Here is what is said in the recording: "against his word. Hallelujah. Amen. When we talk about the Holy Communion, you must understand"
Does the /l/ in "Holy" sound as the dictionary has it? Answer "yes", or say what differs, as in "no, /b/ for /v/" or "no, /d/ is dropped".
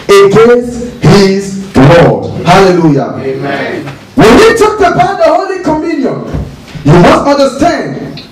yes